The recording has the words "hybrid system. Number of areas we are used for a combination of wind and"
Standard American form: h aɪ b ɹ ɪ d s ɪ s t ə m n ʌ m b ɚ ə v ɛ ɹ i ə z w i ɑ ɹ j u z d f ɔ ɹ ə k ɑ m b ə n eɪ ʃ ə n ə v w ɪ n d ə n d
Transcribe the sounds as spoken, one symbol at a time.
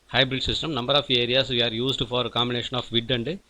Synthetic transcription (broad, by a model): h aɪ b ɹ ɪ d s ɪ s t ə m n ʌ m b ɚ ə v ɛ ɹ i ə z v i ɑ ɹ j u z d f ɔ ɹ ə k ɑ m b ə n eɪ ʃ ə n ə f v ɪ d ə n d